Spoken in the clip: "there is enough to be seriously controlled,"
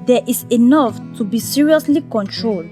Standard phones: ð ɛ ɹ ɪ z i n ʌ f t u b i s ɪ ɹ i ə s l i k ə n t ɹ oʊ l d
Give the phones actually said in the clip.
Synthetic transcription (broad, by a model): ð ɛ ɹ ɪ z i n ʌ f t u b i s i ɹ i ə s l i k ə n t ɹ oʊ l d